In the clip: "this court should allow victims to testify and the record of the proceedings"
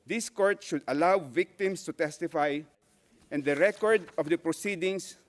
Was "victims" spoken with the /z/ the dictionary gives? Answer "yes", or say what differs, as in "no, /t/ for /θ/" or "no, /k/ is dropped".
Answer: no, /s/ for /z/